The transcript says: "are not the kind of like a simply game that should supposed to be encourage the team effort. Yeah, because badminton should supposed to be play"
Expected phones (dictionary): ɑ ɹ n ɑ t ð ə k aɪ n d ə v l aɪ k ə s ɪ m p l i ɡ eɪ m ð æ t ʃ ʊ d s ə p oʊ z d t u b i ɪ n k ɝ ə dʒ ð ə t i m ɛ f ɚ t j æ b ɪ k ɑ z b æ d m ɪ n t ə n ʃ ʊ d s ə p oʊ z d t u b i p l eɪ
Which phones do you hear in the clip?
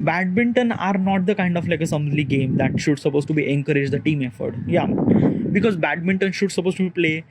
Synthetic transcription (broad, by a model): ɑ ɹ n ɑ t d ə k aɪ n d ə f l aɪ k ə s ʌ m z l i ɡ eɪ m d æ t ʃ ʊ d s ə p oʊ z t u b i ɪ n k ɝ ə dʒ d ə t i m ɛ f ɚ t j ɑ b ɪ k ɑ z b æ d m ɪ n t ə n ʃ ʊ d s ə p oʊ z t u b i p l eɪ